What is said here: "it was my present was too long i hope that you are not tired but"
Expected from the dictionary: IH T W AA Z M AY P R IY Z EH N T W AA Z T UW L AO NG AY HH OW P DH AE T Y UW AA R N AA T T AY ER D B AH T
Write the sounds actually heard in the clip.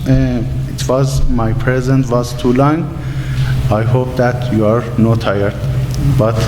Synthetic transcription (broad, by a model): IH T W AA Z M AY P R IY Z EH N T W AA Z T UW L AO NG AY HH OW P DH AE T Y UW AA R N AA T T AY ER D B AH T